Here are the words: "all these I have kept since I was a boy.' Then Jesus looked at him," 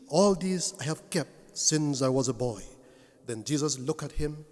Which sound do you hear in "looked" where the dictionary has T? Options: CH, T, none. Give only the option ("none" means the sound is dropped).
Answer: none